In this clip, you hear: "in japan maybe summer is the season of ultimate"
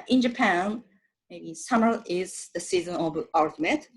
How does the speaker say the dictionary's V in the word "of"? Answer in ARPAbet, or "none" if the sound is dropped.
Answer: B